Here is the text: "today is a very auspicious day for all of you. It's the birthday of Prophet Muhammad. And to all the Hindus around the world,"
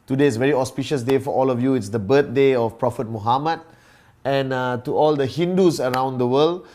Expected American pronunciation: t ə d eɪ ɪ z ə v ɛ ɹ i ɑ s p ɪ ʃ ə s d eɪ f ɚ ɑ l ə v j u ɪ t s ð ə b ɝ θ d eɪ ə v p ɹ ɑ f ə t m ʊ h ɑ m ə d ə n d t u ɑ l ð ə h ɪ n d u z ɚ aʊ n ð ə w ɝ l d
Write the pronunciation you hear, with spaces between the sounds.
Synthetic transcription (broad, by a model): t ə d eɪ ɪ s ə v ɛ ɹ i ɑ s p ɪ ʃ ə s d eɪ f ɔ ɑ l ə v j u ɪ t s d ə b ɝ t d eɪ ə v p ɹ ɑ f ə t m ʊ h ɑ m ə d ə n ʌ t u ɑ l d ə h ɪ n d u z ɚ aʊ n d ə w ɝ l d